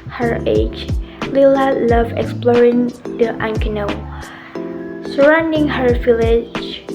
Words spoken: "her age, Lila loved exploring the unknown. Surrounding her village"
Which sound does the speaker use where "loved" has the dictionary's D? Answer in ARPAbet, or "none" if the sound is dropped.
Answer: none